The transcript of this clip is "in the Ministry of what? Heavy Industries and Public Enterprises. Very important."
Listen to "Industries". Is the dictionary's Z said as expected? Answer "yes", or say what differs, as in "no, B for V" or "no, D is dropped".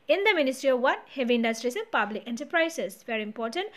no, S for Z